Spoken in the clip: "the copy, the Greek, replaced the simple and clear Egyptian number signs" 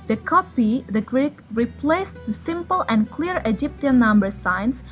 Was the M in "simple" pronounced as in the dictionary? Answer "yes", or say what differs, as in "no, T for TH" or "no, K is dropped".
yes